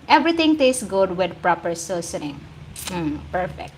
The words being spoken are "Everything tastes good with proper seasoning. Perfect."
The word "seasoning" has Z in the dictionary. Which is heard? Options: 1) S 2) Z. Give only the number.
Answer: 1